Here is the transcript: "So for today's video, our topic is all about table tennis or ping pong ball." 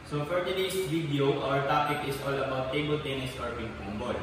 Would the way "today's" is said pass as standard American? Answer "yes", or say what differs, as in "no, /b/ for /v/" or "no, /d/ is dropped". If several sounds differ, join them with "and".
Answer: no, /s/ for /z/